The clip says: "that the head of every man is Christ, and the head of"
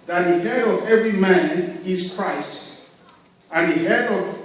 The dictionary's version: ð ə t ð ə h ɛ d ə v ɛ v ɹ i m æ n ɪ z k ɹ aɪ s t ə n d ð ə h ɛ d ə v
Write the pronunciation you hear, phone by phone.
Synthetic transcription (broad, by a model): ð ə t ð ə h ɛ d ə v ɛ v ɹ i m æ n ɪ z k ɹ aɪ s t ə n ð ə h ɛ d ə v